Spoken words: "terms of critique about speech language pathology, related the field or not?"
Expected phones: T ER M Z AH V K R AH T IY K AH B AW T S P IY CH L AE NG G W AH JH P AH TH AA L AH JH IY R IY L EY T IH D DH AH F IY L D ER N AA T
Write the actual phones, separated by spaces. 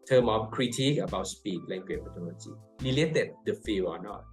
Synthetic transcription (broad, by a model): T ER M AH F K R AH T IY K AH B AW T S P IY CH L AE NG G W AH CH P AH T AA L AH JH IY L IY L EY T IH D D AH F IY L AO N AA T